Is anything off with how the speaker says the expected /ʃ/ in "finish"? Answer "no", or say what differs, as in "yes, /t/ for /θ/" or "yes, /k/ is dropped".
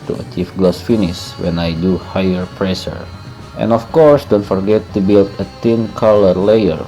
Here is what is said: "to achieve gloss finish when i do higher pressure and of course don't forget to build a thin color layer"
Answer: yes, /s/ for /ʃ/